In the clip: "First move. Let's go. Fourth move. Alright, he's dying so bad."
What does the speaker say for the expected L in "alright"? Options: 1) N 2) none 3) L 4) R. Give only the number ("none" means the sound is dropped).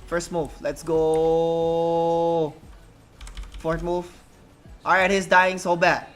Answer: 2